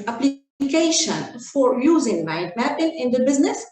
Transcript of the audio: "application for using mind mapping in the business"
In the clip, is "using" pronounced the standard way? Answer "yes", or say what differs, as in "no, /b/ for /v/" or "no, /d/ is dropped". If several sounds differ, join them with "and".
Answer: yes